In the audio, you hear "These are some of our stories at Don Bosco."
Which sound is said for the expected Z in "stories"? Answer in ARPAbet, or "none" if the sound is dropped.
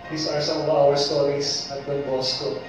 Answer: S